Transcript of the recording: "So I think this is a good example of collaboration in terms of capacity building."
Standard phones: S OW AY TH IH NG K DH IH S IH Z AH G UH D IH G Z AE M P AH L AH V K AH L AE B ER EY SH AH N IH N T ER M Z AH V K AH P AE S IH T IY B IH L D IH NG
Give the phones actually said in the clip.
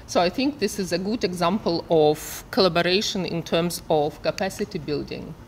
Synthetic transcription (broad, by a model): S OW AY TH IH NG K DH IH S IH Z AH G UH D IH G Z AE M P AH L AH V K AH L AE B ER EY SH AH N IH N T ER M Z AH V K AH P AE S IH T IY B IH L D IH NG